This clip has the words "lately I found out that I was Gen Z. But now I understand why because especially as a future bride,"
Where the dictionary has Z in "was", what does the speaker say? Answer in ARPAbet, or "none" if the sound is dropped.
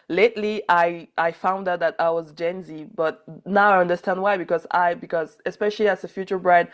Z